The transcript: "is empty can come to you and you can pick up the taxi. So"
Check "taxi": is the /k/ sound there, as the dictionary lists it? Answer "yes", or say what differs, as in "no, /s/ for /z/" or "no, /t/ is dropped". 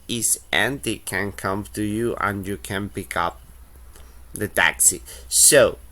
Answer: yes